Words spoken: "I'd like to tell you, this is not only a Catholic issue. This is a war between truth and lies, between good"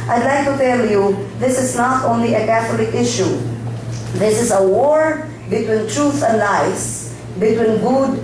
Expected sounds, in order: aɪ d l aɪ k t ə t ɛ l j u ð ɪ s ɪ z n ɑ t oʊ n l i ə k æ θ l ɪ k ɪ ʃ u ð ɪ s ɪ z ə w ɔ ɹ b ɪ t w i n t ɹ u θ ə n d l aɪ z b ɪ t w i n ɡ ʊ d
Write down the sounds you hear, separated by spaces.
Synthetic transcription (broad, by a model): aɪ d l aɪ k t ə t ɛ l j u ð ɪ s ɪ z n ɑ t oʊ n l i ə k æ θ l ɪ k ɪ ʃ u ð ɪ s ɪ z ə w ɔ ɹ b ɪ t w i n t ɹ u θ ə n d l aɪ s b ɪ t w i n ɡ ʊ d